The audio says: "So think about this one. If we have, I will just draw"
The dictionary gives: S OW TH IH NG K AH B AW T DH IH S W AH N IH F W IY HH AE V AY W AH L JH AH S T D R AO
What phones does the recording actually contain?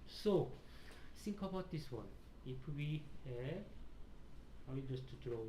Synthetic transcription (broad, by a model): S OW S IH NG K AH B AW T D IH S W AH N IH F W IY HH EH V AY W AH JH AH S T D R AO